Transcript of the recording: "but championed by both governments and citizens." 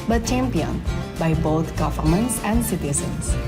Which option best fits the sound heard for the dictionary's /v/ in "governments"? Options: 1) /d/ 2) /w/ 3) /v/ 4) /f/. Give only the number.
4